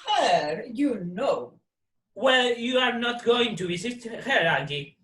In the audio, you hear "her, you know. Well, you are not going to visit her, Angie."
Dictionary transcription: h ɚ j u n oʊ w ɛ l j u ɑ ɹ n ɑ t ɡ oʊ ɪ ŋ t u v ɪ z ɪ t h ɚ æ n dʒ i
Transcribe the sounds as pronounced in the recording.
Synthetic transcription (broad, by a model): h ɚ j u n oʊ w ɛ l j u ɑ ɹ n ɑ t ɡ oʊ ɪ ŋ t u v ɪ s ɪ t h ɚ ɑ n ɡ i